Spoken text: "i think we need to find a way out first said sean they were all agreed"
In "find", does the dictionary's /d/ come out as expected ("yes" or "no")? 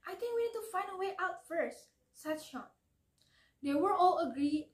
yes